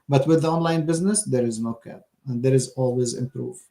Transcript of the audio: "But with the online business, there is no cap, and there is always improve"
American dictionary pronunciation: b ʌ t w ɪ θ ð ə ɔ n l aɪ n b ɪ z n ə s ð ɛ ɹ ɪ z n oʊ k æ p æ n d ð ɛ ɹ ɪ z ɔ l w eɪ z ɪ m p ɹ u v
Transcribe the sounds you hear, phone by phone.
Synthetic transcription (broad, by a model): b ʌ t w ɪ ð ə ɔ n l aɪ n b ɪ z n ə s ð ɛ ɹ ɪ z n oʊ k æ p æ n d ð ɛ ɹ ɪ z ɔ l w eɪ z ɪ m p ɹ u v